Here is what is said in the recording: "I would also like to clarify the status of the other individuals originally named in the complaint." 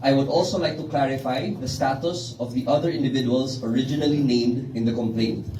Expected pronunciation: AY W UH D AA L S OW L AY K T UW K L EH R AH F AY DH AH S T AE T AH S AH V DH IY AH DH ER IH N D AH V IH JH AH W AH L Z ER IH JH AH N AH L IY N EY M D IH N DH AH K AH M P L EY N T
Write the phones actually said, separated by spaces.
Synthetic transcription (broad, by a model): AY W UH D AA L S OW L AY K T UW K L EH R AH F AY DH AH S T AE T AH S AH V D IY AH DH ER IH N D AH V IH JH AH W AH L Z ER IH JH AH N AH L IY N EY M D IH N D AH K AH M P L EY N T